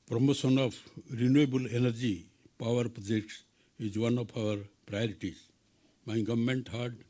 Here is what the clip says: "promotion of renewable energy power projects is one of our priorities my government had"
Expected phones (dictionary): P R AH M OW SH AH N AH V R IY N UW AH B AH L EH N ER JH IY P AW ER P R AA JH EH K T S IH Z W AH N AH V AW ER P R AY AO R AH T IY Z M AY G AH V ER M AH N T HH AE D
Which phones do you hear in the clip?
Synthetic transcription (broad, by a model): P R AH M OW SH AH N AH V R IY N UW AH B AH L EH N ER JH IY P AW ER P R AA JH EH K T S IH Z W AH N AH P AW ER P R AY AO R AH T IY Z M AY G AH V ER M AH N T HH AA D